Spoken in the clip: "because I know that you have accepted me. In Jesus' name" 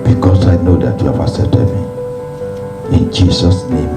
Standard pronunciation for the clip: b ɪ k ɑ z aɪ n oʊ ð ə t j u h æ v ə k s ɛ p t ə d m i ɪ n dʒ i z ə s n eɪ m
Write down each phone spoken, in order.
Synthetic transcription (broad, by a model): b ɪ k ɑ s aɪ n oʊ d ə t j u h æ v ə s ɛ t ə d m i ɪ n dʒ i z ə s n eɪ m